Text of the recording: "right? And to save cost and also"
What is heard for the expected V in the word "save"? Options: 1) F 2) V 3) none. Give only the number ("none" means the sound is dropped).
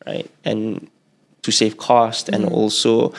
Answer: 1